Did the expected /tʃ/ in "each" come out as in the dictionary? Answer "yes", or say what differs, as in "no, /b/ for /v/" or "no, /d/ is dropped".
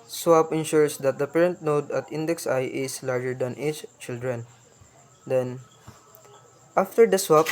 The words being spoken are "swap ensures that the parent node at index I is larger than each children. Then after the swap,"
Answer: no, /s/ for /tʃ/